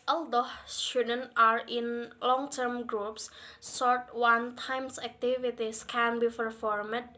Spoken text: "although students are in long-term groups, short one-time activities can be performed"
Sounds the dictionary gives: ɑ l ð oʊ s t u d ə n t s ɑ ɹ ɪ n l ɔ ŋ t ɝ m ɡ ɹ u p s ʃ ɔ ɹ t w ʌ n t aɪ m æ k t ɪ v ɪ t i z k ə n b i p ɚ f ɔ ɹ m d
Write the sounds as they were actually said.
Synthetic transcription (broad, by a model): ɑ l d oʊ s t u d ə n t ɑ ɹ ɪ n l ɔ ŋ t ɝ m ɡ ɹ u p s s ɔ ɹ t w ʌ n t aɪ m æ k t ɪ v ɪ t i s k ə n b i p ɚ f ɔ ɹ m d